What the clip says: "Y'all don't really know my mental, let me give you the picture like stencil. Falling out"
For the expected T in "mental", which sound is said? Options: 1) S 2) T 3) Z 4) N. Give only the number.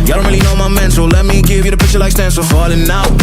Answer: 1